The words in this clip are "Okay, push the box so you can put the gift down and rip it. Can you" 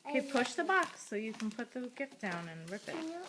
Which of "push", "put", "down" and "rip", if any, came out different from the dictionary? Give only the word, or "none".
none